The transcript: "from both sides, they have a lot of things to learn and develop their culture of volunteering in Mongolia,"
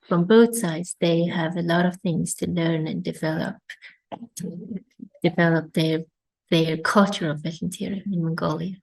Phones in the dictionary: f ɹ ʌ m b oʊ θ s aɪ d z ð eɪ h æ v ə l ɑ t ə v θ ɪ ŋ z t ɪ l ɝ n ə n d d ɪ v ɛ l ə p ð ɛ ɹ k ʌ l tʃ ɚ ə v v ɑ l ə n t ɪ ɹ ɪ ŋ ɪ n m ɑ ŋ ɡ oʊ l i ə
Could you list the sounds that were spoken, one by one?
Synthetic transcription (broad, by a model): f ɹ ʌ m b oʊ θ s aɪ d z ð eɪ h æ v ə l ɑ t ə v θ ɪ ŋ z t ɪ l ɝ n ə n d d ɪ v ɛ l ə p ð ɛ ɹ k ʌ l tʃ ɚ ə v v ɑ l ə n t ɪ ɹ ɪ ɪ ɪ n m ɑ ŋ ɡ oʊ l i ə